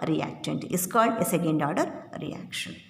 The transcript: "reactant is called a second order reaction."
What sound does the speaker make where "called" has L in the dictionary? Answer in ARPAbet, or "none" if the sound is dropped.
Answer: L